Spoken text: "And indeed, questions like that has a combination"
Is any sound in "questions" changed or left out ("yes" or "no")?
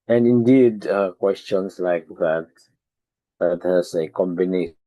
yes